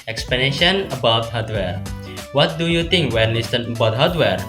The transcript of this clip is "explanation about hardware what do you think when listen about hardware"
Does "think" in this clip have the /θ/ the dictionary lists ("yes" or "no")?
no